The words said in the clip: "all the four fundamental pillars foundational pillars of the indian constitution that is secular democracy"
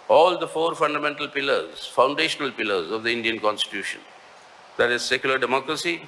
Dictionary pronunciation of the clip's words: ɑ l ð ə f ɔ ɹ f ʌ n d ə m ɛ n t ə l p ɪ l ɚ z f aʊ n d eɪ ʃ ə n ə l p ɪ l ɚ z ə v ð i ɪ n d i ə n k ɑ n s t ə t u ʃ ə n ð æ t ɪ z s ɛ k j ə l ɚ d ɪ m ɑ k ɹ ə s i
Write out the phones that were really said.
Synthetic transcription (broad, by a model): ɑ l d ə f ɔ ɹ f ʌ n d ə m ɛ n t ə l p ɪ l ɚ z f aʊ n d eɪ ʃ ə n ə l p ɪ l ɚ z ə v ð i ɪ n d i ə n k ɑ n s t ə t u ʃ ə n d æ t ɪ z s ɛ k j ə l ɚ d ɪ m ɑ k ɹ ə s i